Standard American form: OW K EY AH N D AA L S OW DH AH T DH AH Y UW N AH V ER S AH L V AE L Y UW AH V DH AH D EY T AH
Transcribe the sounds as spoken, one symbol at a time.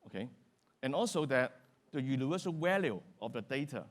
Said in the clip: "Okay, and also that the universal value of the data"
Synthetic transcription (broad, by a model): OW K EY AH N AA L S OW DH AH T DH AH Y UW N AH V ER S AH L W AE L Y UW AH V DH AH D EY T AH